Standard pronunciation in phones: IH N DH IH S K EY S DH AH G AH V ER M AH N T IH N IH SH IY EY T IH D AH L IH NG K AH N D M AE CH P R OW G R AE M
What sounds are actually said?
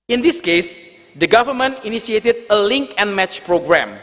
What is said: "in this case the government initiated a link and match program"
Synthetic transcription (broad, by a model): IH N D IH S K EY S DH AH G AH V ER M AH N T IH N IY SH IY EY T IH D AH L IH NG K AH N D M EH CH P R OW G R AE M